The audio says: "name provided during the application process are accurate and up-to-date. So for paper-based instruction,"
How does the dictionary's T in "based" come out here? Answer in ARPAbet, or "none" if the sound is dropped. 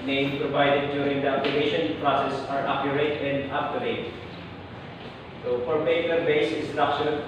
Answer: none